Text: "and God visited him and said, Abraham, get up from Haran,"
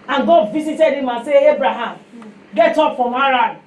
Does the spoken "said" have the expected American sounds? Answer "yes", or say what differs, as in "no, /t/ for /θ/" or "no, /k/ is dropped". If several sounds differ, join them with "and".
no, /d/ is dropped